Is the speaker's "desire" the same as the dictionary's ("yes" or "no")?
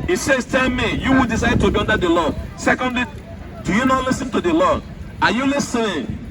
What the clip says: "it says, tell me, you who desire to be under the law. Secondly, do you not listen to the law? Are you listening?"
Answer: no